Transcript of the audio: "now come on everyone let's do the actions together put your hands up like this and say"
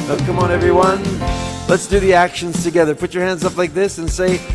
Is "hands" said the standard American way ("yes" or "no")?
yes